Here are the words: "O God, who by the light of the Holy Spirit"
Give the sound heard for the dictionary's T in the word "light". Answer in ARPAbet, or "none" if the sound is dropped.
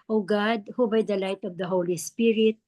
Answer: T